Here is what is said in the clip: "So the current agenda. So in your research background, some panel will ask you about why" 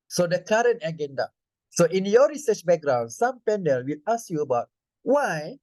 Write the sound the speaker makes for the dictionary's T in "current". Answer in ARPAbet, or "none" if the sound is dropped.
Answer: T